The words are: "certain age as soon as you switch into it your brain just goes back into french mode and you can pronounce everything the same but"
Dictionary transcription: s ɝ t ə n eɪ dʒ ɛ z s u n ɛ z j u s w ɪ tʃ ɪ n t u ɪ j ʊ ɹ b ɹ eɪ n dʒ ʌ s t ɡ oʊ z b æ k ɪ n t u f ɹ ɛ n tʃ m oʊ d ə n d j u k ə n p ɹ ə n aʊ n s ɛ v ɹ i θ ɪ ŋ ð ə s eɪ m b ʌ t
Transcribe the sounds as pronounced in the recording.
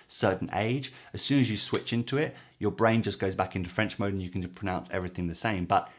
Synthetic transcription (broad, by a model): s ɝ t n eɪ dʒ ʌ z s u n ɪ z j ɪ s w ɪ tʃ ɪ n t u ɪ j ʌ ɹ b ɹ eɪ n dʒ ʌ s ɡ oʊ z b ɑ k ɪ n t u f ɹ ɛ n tʃ m oʊ d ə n j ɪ k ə n p ɹ ə n aʊ n s ɛ v ɹ i θ ɪ ŋ ð ə s eɪ m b ʌ t